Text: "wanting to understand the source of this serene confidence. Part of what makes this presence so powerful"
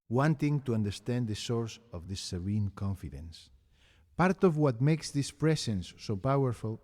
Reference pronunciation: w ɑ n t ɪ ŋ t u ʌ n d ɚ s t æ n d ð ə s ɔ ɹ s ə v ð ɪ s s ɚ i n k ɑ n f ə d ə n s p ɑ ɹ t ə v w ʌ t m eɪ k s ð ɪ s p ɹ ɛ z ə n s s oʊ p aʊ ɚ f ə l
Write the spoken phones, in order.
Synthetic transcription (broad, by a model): w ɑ n t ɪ ŋ t u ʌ n d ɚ s t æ n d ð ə s ɔ ɹ s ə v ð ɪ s s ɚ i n k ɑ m f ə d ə n s p ɑ ɹ t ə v w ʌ t m eɪ k s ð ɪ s p ɹ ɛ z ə n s s oʊ p aʊ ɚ f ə l